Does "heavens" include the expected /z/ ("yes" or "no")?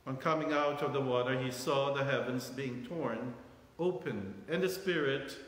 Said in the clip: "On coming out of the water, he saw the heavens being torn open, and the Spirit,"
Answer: yes